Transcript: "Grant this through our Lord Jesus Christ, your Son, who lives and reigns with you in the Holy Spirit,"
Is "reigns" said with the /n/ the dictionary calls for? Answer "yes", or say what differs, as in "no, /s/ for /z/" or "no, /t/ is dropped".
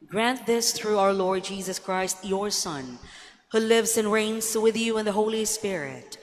yes